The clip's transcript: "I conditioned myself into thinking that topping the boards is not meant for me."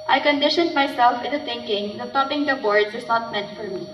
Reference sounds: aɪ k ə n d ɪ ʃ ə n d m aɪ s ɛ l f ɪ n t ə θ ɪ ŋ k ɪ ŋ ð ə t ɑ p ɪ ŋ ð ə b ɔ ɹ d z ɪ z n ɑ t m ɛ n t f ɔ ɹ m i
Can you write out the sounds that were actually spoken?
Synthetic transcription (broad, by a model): aɪ k ə n d ɪ ʃ ə n d m aɪ s ɛ l f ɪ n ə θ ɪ ŋ k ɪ ŋ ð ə t ɑ p ɪ ŋ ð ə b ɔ ɹ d s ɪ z n ɑ t m ɛ n t f ɔ ɹ m i